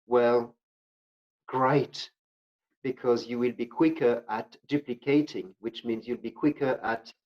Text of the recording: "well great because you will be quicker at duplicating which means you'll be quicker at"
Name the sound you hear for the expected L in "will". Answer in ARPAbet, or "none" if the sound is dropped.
L